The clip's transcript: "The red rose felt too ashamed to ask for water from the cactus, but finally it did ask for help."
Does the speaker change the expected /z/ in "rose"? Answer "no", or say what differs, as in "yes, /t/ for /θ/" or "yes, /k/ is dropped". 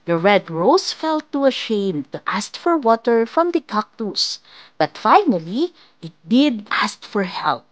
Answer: yes, /s/ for /z/